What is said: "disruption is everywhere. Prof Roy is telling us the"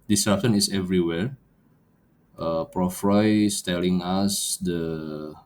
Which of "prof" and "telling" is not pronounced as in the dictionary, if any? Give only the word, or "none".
none